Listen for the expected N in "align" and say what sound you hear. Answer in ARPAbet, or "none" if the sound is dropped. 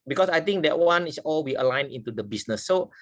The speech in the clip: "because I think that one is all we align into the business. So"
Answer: N